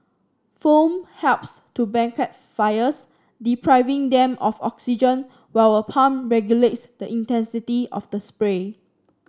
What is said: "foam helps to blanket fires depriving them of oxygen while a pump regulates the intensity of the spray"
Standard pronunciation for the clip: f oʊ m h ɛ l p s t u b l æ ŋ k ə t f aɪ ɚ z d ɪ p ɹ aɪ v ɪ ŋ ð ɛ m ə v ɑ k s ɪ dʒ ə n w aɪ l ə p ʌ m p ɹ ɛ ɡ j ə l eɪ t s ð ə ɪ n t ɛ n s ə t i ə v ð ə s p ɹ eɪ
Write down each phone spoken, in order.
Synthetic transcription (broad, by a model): f oʊ m h ɛ l p s t u b ɛ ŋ k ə t f aɪ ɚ s d ɪ p ɹ aɪ v ɪ ŋ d ɛ m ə f ɑ k s ɪ dʒ ə n w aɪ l ə p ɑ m ɹ ɛ ɡ j ə l eɪ t s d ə ɪ n t ɛ n s ə t i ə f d ə s p ɹ eɪ